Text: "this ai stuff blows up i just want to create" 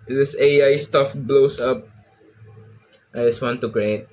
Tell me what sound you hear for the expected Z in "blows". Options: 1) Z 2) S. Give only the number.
2